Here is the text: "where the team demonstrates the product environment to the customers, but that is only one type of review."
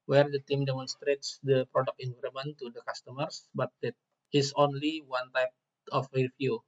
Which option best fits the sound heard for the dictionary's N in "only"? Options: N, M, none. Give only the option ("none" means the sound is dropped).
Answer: N